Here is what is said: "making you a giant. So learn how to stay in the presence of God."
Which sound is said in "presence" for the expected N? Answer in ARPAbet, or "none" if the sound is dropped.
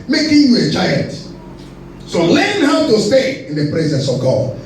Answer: N